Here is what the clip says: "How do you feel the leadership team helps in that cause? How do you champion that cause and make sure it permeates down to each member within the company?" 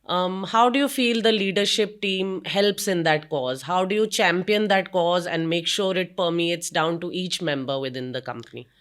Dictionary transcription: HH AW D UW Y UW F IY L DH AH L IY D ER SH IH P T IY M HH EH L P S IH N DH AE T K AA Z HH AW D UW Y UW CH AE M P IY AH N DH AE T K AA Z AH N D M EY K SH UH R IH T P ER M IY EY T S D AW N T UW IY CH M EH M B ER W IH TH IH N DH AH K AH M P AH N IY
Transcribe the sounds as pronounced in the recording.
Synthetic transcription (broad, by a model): HH AW D UW Y UW F IY L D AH L IY D ER SH IH P T IY M HH EH L P S IH N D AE T K AA Z HH AW D UW Y UW CH AE M P IY AH N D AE T K AA Z AH N D M EY K SH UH R IH T P ER M IY EY T S D AW N T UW IY CH M EH M B ER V IH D IH N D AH K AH M P AH N IY